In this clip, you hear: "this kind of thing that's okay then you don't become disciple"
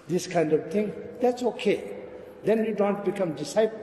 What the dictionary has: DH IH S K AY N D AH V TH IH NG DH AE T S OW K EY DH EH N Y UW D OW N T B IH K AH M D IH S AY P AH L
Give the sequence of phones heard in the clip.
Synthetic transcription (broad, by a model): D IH S K AY N D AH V T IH NG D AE T S OW K EY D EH N Y UW D OW N T B IH K AH M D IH S AY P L